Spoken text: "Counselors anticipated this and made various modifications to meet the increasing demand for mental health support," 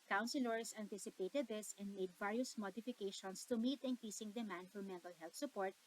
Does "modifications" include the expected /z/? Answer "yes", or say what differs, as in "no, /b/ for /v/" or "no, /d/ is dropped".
no, /s/ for /z/